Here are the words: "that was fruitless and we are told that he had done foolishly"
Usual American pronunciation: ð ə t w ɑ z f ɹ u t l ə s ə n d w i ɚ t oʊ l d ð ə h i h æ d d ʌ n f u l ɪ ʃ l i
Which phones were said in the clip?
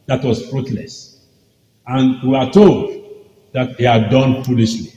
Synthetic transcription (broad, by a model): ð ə t w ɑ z f ɹ u t l ə s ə n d w i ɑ t oʊ l d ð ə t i h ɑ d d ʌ n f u l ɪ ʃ l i